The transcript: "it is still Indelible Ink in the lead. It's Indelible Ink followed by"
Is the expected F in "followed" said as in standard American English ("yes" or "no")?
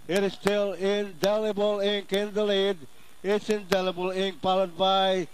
no